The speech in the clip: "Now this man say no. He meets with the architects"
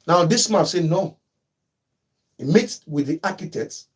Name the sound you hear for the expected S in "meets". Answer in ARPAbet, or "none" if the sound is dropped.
none